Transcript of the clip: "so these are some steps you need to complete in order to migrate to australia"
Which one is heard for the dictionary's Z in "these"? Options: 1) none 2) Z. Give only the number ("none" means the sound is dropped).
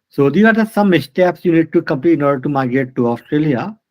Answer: 1